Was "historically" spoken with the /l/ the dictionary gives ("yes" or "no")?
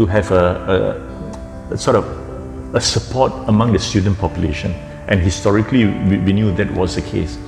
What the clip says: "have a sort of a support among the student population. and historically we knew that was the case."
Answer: no